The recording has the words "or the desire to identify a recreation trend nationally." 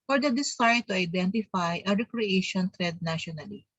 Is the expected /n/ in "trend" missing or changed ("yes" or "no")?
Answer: yes